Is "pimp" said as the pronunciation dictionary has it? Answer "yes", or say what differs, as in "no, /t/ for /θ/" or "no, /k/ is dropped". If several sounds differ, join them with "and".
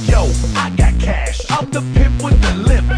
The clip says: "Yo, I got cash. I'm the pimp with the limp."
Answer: no, /m/ is dropped